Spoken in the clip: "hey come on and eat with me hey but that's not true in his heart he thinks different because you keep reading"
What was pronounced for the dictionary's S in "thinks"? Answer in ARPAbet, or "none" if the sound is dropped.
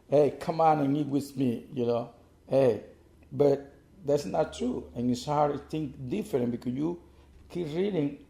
none